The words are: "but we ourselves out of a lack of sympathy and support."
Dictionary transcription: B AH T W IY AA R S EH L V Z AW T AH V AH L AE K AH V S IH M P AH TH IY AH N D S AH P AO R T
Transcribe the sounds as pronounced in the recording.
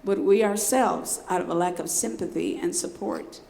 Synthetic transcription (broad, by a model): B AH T W IY AA R S EH L V Z AW T AH V AH L AE K AH V S IH M P AH TH IY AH N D S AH P AO R T